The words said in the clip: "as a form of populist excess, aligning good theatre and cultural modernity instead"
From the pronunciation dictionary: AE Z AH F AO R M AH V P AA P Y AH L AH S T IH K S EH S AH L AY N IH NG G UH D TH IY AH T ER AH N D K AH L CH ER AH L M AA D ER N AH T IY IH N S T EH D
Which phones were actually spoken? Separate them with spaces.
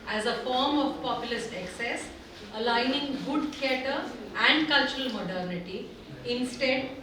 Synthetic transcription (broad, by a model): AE Z AH F AO R M AH V P AA P Y AH L AH S T IH K S EH S AH L AY N IH NG G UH D T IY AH T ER AH N D K AH L CH ER AH L M AA D ER N AH T IY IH N S T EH D